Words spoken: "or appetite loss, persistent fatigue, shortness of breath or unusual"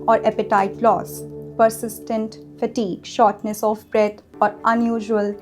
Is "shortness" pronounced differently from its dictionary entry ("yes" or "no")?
no